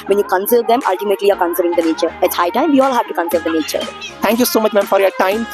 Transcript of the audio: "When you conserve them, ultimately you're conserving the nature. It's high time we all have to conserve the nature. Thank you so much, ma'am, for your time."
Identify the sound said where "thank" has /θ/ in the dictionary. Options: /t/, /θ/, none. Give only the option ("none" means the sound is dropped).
/t/